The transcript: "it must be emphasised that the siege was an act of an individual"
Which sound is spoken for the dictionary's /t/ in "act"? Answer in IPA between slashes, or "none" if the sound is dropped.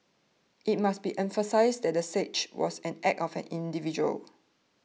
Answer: none